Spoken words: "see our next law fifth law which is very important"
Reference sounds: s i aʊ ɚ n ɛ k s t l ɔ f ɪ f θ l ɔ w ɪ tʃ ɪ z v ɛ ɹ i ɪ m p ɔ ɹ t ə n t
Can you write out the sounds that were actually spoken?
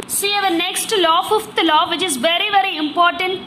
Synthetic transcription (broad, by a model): s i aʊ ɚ n ɛ k s t l ɔ f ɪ f t l ɔ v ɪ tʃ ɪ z v ɛ ɹ i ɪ m p ɔ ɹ t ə n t